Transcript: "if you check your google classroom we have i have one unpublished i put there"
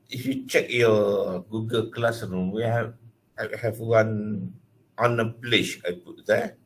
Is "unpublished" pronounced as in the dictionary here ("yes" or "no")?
no